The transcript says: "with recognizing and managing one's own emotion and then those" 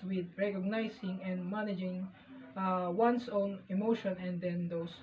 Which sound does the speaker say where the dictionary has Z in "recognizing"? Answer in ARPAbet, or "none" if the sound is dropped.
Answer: S